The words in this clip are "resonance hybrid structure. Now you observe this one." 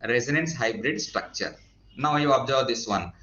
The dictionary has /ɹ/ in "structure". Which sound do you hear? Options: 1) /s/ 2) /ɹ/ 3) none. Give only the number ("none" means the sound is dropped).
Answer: 2